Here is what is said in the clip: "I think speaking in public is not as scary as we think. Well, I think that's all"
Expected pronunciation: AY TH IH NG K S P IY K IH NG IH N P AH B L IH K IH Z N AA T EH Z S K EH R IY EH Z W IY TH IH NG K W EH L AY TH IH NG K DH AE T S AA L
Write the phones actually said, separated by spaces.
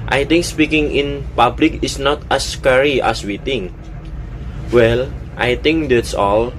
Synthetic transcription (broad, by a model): AY T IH NG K S P IY K IH NG IH N P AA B L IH K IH S N AA T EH S K EH R IY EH S W IY T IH NG W EH L AY T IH NG K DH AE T S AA L